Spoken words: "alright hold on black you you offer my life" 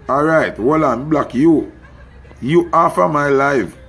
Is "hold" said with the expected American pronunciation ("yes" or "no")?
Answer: no